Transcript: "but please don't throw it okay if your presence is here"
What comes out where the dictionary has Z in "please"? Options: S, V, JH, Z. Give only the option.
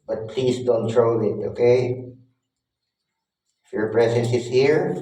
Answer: S